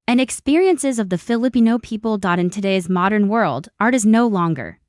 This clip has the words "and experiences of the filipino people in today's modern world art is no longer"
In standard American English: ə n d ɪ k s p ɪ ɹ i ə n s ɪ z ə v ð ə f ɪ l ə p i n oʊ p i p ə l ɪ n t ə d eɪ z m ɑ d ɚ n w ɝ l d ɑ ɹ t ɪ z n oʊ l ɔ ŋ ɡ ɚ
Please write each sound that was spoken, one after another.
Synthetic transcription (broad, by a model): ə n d ɪ k s p ɪ ɹ i ə n s ɪ z ə v ð ə f ɪ l ə p i n oʊ p i p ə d ɪ n t ə d eɪ z m ɑ d ɚ n w ɝ l d ɑ ɹ t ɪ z n oʊ l ɔ ŋ ɡ ɚ